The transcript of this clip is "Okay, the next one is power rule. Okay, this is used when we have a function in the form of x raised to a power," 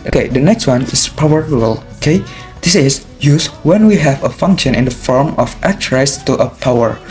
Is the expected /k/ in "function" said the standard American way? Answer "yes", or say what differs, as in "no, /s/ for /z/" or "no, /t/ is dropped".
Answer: yes